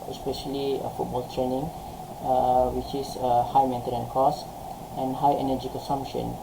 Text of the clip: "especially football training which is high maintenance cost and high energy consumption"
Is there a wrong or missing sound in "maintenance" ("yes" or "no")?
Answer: yes